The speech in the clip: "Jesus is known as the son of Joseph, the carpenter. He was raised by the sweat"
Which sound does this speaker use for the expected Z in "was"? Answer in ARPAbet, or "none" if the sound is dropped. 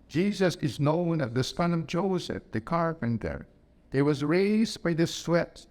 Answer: Z